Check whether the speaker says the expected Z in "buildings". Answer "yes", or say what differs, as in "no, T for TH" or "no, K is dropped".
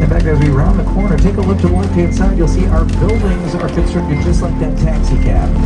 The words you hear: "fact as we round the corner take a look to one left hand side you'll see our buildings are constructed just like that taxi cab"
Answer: yes